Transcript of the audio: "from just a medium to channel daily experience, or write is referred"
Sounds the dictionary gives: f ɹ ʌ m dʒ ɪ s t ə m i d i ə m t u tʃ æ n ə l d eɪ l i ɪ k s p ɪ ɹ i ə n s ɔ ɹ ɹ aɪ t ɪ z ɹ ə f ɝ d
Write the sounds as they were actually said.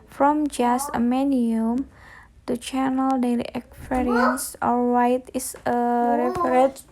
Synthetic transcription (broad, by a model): f ɹ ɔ m dʒ ɪ s t ə m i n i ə m t u tʃ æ n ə l d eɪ l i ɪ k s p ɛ ɹ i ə n s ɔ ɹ w aɪ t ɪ s ɹ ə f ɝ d